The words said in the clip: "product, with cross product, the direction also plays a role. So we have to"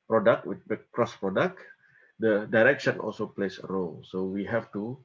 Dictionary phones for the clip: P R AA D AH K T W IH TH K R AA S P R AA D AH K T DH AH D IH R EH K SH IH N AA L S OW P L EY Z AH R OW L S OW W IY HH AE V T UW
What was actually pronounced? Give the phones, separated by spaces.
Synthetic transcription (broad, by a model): P R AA D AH K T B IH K K R AA S P R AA D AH K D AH D IH R EH K SH IH N AA L S OW P L EY S AH R OW L S OW W IY HH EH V T UW